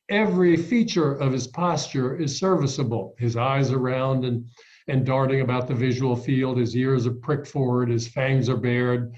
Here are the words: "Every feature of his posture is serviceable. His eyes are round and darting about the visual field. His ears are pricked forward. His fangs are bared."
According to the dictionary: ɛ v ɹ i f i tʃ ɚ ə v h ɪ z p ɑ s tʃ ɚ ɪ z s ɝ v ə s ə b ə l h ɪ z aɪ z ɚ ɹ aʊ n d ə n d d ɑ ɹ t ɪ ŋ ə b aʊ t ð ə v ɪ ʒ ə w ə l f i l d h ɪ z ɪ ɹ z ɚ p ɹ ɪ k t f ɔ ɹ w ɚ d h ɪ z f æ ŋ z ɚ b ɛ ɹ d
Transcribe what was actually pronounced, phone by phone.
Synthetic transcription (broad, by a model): ɛ v ɹ i f i tʃ ɚ ə v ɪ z p ɑ s tʃ ɚ ɪ z s ɝ v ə s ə b l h ɪ z aɪ z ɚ ɹ aʊ n d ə n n d ɑ ɹ t ɪ ŋ ə b aʊ t ð ə v ɪ ʒ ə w l f i l d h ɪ z ɪ ɹ z ɚ p ɹ ɪ k t f ɔ ɹ w ɚ d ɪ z f æ ŋ z ɚ b ɛ ɹ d